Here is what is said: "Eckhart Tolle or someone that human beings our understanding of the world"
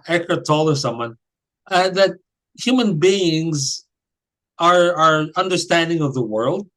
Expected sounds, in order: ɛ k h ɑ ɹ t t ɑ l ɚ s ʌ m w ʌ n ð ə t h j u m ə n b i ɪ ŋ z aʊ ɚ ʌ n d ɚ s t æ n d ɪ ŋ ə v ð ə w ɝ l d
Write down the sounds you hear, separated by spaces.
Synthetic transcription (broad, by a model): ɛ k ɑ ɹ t t ɑ l ɚ s ʌ m w ʌ n ð ə t h j u m ə n b i ɪ ŋ z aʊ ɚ ʌ n d ɚ s t æ n d ɪ ŋ ə v ð ə w ɝ l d